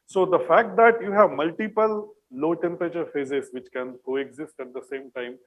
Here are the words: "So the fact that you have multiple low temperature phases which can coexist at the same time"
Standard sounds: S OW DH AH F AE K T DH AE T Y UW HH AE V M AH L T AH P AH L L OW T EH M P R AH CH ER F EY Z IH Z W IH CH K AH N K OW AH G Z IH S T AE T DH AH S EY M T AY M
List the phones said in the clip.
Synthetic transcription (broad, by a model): S OW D AH F AE K T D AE T Y UW HH AE V M AH L T AH P AH L L OW T EH M P R AH CH ER F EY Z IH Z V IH CH K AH N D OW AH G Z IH S T AE T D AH S EY M T AY M